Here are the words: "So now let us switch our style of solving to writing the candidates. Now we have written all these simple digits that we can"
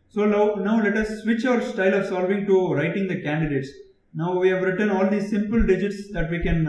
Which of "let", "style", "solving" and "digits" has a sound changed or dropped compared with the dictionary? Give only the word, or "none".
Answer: none